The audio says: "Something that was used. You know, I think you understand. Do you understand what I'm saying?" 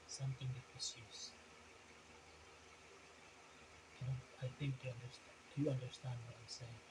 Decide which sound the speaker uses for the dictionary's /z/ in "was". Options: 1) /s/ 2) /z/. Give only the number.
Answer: 1